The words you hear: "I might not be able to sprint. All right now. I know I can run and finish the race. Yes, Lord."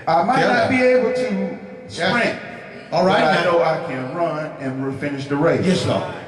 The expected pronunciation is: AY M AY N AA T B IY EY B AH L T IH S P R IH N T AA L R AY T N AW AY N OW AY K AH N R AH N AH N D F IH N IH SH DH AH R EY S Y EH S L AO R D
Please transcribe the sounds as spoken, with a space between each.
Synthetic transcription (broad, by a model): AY M AY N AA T B IY EY B L T IH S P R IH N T AA L R AY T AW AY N OW AY K AH N R AH N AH N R F IH N IH SH DH AH R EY Y EH S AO